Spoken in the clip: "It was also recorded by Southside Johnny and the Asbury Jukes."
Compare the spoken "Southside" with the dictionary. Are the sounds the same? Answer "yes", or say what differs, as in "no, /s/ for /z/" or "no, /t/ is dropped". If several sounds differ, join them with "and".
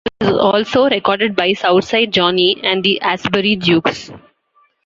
no, /t/ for /θ/